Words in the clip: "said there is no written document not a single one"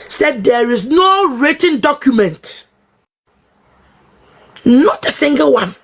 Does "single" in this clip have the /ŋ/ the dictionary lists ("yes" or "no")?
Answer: yes